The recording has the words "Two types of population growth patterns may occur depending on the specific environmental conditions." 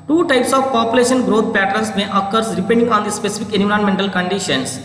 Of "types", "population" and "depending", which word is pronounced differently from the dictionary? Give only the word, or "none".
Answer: none